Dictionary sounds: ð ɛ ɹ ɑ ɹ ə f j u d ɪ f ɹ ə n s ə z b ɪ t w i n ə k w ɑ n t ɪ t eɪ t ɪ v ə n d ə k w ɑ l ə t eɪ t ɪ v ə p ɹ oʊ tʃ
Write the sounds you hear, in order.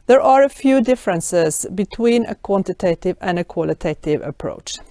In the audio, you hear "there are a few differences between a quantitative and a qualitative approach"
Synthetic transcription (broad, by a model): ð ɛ ɹ ɑ ɹ ə f j u d ɪ f ɹ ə n s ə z b ɪ t w i n ə k w ɑ n t ɪ t eɪ t ɪ v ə n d ə k w ɑ l ə t eɪ t ɪ v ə p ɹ oʊ tʃ